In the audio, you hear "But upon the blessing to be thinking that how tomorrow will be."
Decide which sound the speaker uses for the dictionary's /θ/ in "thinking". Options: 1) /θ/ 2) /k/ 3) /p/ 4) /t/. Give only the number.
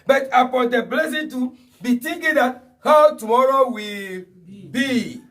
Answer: 4